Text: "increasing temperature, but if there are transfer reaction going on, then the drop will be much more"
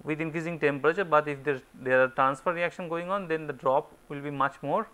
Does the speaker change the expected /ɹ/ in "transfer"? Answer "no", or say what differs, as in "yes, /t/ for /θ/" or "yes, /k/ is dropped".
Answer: no